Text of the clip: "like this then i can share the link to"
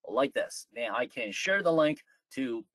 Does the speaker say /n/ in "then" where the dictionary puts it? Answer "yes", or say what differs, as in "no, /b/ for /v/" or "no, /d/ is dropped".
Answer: no, /n/ is dropped